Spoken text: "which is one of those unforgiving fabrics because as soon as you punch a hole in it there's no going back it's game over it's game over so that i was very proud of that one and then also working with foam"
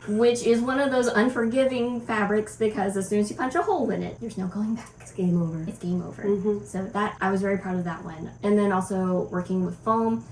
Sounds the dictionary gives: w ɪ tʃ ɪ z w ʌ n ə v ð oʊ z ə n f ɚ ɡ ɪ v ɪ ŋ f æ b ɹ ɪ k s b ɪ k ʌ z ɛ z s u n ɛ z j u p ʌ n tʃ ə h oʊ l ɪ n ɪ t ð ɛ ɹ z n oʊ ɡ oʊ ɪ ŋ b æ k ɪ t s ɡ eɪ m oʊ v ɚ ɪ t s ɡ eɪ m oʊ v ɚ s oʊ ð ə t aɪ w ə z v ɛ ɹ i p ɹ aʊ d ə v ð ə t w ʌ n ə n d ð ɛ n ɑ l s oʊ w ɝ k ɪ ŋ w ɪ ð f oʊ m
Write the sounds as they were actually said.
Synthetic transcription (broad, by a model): w ɪ tʃ ɪ z w ʌ n ə v ð oʊ z ə n f ɚ ɡ ɪ v ɪ ŋ f æ b ɹ ɪ k s b ɪ k ʌ z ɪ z s u n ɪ z j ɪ p ʌ n tʃ ə h oʊ l ɪ n ɪ t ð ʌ ɹ z n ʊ ɡ oʊ ɪ ŋ b æ k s ɡ eɪ m oʊ v ɚ ɪ t s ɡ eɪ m oʊ v ɚ s oʊ ð ə t aɪ w ə z v ɛ ɹ i p ɹ aʊ d ə v ð ə t w ʌ n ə n ð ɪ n ɑ l s oʊ w ɝ k ɪ ŋ w ɪ ð f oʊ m